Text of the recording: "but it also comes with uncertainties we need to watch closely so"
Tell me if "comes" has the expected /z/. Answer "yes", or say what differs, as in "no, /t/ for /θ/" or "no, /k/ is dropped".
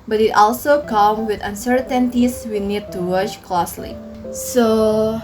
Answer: no, /z/ is dropped